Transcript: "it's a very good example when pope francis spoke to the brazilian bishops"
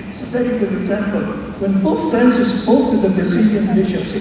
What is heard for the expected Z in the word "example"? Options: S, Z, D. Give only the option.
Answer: Z